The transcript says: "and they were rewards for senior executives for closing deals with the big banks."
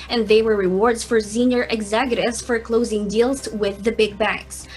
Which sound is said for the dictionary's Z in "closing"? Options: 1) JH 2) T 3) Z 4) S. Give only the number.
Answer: 3